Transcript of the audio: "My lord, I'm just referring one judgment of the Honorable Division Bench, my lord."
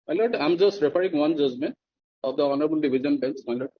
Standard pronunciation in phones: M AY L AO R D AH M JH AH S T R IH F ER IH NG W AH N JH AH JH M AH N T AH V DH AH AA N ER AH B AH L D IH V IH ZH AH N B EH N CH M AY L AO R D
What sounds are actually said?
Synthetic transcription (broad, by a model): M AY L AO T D AH M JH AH S T R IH P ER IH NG W AH N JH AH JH M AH N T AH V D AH AA N ER AH B AH L D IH B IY Z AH N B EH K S M AY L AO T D